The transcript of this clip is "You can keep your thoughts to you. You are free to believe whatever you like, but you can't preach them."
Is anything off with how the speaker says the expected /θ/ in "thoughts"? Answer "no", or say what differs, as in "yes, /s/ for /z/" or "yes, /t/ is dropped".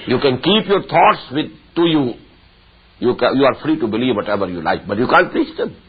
yes, /t/ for /θ/